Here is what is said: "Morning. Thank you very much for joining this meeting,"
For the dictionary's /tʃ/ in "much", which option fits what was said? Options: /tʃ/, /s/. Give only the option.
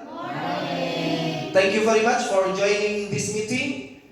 /tʃ/